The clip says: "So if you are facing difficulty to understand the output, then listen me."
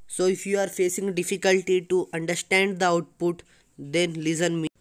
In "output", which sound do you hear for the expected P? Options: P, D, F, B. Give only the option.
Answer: P